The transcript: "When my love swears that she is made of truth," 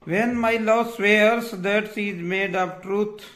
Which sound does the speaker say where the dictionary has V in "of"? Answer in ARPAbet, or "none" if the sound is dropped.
P